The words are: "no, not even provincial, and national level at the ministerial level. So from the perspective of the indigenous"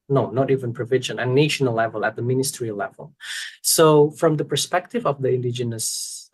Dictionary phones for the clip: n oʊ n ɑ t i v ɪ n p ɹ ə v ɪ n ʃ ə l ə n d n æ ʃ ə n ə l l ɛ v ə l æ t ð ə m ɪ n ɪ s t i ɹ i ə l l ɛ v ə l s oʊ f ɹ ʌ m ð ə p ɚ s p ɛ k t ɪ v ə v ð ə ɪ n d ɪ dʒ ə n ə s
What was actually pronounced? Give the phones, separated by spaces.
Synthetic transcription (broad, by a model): n oʊ n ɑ t i v ɪ n p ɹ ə v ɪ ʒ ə n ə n n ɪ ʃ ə n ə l l ɛ v ə l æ t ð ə m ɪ n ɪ s t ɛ ɹ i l l ɛ v ə l s oʊ f ɹ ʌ m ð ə p ɚ s p ɛ k t ɪ v ə v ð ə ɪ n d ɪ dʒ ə n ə s